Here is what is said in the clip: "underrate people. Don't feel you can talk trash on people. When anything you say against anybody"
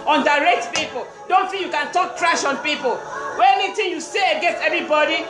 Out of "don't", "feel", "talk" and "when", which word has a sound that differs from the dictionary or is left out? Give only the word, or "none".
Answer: when